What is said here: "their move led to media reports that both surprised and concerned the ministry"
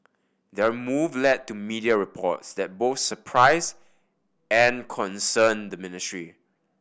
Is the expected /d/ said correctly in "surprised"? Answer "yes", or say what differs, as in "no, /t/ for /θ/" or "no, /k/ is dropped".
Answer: no, /d/ is dropped